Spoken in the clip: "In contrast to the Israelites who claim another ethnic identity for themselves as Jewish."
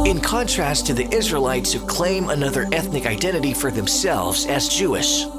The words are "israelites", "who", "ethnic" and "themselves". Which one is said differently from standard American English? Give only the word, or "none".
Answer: none